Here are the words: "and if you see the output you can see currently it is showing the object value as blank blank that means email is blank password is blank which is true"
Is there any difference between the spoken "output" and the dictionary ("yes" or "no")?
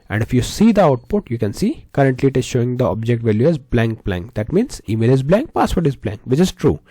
no